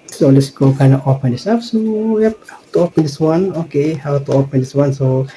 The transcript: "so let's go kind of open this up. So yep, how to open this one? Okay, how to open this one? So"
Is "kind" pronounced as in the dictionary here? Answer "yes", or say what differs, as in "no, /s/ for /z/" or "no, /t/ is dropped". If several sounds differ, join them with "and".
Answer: no, /d/ is dropped